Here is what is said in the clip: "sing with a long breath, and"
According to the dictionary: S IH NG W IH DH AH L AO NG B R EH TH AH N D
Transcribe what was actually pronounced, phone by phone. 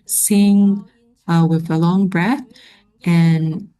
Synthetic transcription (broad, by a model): S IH NG W IH DH AH L AO NG B R EH TH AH N